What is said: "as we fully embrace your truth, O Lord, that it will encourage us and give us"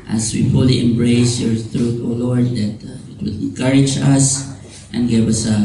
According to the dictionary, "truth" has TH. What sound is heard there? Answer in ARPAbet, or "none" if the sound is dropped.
T